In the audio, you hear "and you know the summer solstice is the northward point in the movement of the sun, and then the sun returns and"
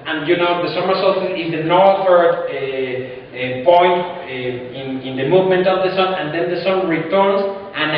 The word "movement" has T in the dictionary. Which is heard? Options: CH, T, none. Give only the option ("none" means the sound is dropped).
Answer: T